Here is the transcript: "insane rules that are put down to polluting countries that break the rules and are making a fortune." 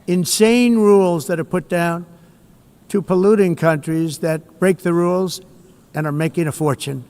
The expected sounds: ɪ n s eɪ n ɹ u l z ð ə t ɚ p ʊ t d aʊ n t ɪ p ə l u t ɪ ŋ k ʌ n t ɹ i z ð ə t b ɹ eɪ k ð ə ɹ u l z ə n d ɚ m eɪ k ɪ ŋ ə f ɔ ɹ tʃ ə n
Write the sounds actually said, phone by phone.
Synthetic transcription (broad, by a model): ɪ n s eɪ n ɹ u l z ð ə t ɚ p ʊ t d aʊ n t ɪ p ə l u t ɪ ŋ k ʌ n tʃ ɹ i z ð ə t b ɹ eɪ k ð ə ɹ u l z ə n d ɚ m eɪ k ɪ ŋ ə f ɔ ɹ tʃ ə n